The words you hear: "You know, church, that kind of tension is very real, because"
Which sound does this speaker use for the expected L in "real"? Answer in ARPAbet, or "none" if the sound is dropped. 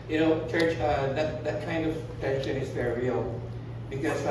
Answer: L